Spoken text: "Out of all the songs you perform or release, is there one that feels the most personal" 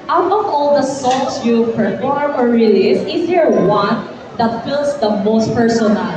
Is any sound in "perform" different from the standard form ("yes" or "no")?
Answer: no